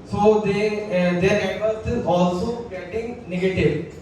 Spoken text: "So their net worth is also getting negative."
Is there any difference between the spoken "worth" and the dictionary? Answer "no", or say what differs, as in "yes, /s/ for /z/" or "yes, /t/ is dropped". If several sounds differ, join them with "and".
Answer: yes, /s/ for /θ/